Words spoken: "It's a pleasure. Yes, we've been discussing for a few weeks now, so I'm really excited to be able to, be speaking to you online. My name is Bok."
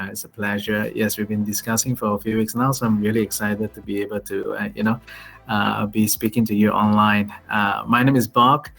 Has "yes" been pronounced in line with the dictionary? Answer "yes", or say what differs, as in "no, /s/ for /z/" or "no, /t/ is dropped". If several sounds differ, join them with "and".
yes